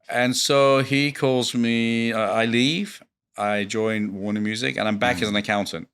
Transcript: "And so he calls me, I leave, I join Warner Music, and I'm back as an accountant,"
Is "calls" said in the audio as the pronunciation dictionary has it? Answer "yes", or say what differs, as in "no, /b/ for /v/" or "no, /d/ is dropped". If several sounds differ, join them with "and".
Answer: yes